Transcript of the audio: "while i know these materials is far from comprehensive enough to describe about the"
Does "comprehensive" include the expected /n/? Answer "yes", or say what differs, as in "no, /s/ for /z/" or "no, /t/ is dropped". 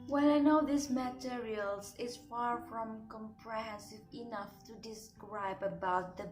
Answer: no, /n/ is dropped